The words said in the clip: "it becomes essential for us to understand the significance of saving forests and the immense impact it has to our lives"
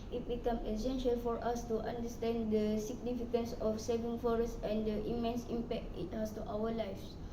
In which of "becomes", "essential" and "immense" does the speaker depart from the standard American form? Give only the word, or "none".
becomes